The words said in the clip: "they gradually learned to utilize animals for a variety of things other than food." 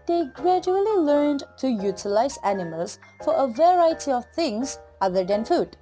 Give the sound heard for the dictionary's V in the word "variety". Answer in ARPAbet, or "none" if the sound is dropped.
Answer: V